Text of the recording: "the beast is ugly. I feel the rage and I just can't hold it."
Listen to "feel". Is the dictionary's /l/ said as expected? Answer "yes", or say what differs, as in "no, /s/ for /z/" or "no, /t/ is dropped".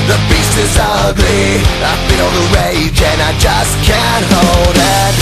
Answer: no, /n/ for /l/